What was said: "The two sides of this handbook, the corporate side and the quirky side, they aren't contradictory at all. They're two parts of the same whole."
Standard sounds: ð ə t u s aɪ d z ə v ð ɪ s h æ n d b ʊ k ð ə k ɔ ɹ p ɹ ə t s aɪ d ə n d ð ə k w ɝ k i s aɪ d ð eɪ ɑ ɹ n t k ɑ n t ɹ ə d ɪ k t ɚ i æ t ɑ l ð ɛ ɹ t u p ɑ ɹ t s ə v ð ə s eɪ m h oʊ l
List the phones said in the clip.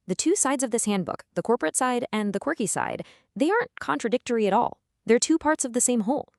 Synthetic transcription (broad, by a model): ð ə t u s aɪ d z ə v ð ɪ s h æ n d b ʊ k ð ə k ɔ ɹ p ɹ ə t s aɪ d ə n ð ə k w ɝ k i s aɪ d ð eɪ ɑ ɹ n k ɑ n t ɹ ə d ɪ k t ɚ i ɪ t ɑ l ð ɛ ɹ t u p ɑ ɹ t s ə v ð ə s eɪ m h oʊ l